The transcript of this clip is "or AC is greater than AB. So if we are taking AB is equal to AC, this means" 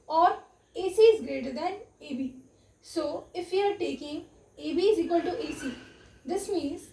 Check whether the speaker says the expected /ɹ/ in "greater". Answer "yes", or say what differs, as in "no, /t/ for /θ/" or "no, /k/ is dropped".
yes